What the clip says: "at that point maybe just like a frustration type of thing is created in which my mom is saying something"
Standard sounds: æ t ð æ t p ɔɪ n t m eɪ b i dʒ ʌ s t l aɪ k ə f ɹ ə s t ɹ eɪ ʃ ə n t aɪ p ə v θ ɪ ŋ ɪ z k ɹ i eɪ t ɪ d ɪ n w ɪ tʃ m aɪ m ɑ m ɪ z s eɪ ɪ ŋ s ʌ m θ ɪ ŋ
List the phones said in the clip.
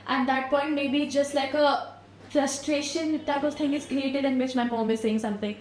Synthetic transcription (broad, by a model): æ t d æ t p ɔɪ n t m eɪ b i dʒ ʌ s t l aɪ k ə f ɹ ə s t ɹ eɪ ʃ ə n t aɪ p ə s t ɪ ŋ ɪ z k ɹ i eɪ t ɪ d ɪ n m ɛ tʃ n aɪ m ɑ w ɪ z s eɪ ɪ ŋ s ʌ m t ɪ ŋ